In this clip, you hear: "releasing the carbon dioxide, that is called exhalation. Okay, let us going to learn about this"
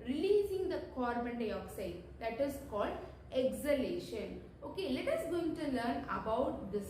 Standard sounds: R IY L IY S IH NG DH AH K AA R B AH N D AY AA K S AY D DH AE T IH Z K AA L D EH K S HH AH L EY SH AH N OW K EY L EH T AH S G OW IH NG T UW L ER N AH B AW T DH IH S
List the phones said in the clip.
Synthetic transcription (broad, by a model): R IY L IY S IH NG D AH K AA R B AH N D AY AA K S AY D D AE T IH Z K AA L D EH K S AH L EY SH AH N OW K EY L EH T AH S G OW IH NG T UW L ER N AH B AW T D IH S